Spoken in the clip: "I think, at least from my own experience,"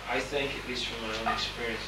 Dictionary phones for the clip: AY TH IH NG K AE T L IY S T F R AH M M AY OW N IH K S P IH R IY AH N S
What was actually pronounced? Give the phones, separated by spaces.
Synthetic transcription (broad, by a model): AY TH IH NG K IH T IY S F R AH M M AY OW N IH K S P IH R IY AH N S